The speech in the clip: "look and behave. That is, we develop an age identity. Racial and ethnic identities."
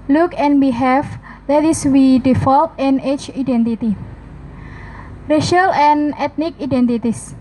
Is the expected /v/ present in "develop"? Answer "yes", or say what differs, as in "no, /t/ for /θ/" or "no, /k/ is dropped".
no, /f/ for /v/